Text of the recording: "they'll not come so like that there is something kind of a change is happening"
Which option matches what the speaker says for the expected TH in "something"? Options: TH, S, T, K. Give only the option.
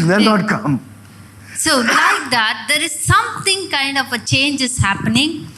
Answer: T